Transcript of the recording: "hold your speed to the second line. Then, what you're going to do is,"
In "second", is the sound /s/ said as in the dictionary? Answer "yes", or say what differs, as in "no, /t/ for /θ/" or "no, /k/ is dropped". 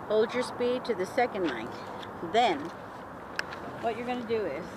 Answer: yes